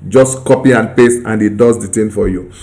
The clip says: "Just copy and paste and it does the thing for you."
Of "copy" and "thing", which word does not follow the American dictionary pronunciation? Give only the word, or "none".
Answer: thing